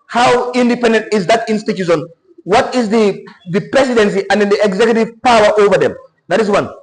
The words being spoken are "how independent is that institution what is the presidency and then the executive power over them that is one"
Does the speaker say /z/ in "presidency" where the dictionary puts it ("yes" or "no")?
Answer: no